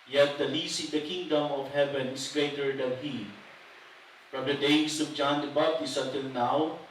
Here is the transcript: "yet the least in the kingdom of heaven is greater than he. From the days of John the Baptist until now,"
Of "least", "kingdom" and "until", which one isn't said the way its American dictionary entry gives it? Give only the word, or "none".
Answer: least